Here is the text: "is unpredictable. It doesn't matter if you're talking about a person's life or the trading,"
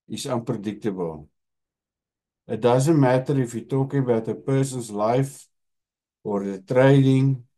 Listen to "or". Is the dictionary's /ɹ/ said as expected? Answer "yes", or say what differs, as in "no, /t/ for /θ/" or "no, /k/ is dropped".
yes